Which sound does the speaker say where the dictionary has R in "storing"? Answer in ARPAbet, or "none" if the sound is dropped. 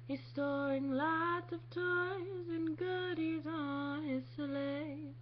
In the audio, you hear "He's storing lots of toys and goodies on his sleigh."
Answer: none